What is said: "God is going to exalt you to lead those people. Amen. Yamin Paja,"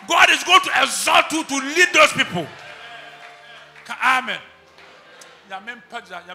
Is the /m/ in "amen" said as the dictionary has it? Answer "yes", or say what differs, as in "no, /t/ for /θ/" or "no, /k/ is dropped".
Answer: yes